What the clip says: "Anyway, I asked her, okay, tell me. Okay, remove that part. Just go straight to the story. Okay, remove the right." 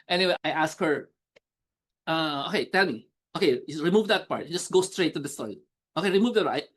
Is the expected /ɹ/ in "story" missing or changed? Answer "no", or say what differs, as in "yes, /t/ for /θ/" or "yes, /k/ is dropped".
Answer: yes, /ɹ/ is dropped